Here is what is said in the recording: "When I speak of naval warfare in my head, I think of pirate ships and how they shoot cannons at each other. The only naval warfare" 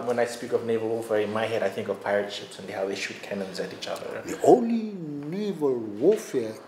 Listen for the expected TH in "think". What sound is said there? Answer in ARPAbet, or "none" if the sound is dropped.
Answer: TH